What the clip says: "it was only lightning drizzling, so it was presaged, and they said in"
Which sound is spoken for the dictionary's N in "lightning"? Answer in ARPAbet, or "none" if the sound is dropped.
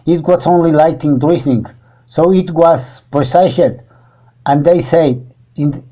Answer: none